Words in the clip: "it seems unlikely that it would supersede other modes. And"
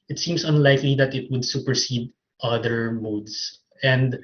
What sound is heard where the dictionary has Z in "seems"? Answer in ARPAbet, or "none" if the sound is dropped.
S